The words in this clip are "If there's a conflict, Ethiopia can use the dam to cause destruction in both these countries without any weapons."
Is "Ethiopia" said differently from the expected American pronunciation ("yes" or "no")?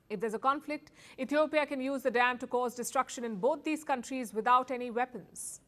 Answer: yes